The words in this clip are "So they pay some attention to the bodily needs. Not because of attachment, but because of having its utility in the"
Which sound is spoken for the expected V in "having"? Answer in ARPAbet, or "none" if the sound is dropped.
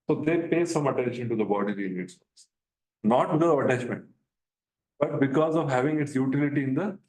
V